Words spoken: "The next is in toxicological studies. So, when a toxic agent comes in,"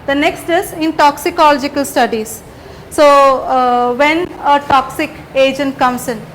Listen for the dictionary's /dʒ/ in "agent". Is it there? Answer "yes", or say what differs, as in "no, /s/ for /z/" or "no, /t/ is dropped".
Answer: yes